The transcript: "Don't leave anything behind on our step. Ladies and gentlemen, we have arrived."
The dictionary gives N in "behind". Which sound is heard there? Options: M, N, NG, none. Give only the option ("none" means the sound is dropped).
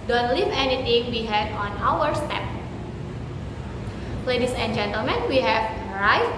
none